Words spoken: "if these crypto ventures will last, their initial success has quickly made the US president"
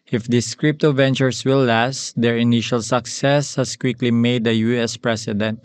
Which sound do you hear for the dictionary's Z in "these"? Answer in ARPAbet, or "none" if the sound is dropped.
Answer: S